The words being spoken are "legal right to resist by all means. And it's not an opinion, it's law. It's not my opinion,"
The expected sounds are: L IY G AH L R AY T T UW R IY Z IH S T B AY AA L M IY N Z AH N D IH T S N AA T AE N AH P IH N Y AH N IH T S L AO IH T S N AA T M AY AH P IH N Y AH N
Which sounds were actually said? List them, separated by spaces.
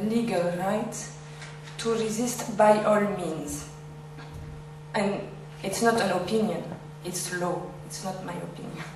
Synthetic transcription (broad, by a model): L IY G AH L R AY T T UW R IY Z IH S T B AY AA L M IY N Z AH N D IH T S N AA T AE N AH P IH N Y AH N IH T S L AO IH T S N AA T M AY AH P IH N Y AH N